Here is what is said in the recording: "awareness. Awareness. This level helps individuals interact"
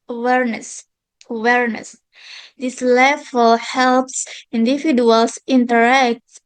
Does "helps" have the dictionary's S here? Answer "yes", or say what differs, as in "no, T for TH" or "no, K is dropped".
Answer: yes